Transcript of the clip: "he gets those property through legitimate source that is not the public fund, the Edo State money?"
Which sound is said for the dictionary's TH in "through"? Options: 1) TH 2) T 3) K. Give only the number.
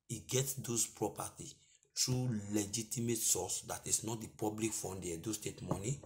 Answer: 2